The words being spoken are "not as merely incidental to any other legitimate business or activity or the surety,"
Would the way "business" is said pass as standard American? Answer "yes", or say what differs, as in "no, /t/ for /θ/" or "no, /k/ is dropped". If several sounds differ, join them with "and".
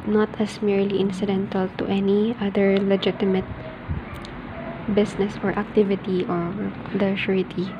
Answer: no, /s/ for /z/